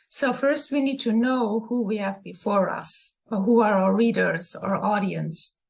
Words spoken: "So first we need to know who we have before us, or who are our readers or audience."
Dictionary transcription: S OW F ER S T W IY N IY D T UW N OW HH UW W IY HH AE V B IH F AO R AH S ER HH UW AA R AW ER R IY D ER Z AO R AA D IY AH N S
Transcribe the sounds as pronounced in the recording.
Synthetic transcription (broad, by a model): S OW F ER S T W IY N IY D T UW N OW HH UW W IY HH AE V B IH F AO R AH S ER HH UW AA R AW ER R IY D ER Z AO R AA D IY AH N S